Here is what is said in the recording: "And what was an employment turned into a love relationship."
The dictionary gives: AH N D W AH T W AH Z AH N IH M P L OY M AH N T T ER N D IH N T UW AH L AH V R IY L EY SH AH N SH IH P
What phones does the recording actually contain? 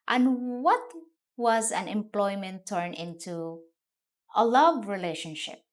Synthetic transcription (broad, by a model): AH N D W AH T W AH Z AH N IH M P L OY M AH N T T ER N IH N T UW AH L AH V R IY L EY SH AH N SH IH P